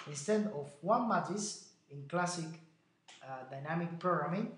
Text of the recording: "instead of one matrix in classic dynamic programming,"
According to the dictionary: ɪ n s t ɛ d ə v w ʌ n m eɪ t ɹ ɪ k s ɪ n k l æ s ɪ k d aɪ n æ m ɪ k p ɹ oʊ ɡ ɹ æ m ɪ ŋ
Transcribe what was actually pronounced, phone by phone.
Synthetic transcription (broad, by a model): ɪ n s t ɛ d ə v w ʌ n m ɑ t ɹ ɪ s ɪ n k l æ s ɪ k d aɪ n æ m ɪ k p ɹ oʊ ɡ ɹ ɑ m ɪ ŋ